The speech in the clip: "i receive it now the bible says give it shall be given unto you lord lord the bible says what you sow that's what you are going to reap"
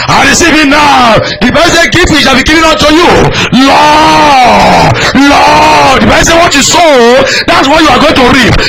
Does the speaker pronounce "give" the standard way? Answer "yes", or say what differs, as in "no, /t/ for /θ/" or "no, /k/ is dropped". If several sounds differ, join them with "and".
no, /f/ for /v/